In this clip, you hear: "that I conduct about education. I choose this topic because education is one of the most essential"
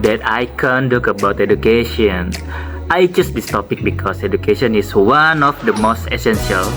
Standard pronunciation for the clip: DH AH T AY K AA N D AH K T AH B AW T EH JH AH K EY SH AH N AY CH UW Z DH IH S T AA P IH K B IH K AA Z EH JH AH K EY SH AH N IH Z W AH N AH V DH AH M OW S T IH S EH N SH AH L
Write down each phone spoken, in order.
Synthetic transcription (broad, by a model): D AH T AY K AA N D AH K AH B AW T EH JH AH K EY SH AH N AY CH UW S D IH S T AA P IH K B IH K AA S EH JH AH K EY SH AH N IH S W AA N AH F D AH M OW S T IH S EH N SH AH L